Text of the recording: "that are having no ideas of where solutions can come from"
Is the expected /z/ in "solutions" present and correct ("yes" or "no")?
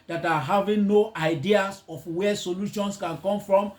no